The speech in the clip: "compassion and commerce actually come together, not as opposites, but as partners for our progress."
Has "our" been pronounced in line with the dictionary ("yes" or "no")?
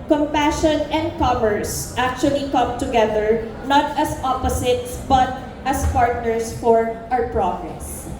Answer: no